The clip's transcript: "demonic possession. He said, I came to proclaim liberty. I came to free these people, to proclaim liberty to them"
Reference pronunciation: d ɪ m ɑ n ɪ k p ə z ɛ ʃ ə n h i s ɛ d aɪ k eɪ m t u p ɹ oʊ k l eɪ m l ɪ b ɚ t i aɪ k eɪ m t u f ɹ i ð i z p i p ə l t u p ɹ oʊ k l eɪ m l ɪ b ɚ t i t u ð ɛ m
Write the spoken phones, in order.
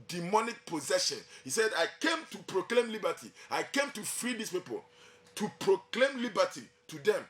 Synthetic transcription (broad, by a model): d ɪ m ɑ n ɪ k p ə z ɛ ʃ ə n h i s ɛ d aɪ k eɪ m t u p ɹ oʊ k l eɪ m l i b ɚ t i aɪ k eɪ m t u f ɹ i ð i s p i p ə l t u p ɹ oʊ k l eɪ m l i b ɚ t i t u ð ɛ m